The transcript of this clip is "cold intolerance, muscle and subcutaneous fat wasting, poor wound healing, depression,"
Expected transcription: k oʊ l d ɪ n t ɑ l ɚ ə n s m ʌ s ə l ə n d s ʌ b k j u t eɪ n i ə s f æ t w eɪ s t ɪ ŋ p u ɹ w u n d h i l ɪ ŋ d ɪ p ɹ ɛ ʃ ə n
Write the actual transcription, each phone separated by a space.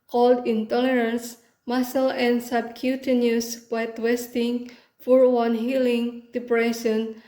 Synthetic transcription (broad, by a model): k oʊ l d ɪ n t ɑ l ɚ ə n s m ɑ s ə l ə n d s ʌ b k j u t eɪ n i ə s p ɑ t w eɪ s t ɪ ŋ f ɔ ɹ w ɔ n h i l ɪ ŋ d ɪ p ɹ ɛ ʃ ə n